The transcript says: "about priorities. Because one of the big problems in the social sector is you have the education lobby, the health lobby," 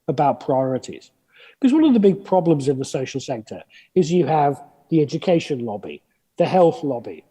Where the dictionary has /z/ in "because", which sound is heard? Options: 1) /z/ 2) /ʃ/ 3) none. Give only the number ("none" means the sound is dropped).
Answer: 1